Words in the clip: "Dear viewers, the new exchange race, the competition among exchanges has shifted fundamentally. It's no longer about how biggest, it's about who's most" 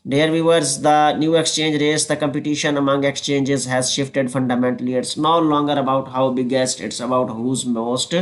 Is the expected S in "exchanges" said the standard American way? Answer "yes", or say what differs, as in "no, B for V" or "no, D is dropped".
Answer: yes